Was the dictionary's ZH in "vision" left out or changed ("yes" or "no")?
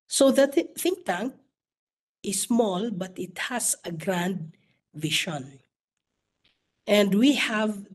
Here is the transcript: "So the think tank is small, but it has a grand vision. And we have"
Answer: yes